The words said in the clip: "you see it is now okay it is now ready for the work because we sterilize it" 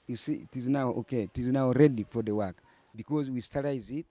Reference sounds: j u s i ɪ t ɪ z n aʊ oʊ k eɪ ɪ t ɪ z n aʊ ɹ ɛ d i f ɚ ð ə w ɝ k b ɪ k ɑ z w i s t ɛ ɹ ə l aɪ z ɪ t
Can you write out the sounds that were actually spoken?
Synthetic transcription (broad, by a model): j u s i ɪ t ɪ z n aʊ oʊ k eɪ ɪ t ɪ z n aʊ ɹ ɛ d i f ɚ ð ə w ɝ k b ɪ k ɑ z w i s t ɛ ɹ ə ɪ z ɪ t